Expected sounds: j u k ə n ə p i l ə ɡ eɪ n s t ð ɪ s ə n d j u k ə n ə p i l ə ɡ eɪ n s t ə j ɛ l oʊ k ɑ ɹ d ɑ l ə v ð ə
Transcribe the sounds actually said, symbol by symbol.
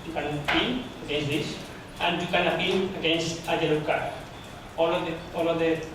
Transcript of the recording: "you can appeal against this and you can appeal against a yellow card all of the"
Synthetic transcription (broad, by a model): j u k ə n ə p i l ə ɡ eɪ n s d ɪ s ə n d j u k ə n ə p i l ə ɡ eɪ n s t ə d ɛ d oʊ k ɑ l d ɑ l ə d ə